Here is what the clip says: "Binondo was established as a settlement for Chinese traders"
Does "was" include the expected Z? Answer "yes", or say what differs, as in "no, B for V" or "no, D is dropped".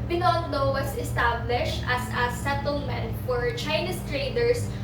no, S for Z